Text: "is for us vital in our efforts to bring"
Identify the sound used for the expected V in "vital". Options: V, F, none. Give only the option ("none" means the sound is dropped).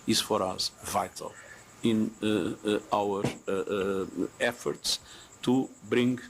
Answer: V